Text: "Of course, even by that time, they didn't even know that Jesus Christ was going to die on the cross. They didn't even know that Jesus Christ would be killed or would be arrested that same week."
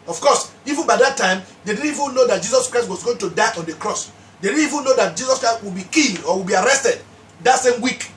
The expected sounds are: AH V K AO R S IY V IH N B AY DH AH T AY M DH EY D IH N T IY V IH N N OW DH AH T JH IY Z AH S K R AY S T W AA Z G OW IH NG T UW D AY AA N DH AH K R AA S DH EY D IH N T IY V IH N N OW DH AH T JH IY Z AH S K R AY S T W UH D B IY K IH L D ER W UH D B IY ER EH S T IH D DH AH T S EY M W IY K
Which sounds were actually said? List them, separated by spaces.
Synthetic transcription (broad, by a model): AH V K AO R S IY V IH N B AY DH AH T AY M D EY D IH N IY V IH N N OW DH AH T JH IY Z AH S K R AY S T W AA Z G OW IH NG T UW D AY AA N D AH K R AA S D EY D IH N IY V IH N N OW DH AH T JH IY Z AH S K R AY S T W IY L B IY K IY N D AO W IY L B IY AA EH S T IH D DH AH T S EY M W IY K